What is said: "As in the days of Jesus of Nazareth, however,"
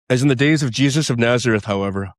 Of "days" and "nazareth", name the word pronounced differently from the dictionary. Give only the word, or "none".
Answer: none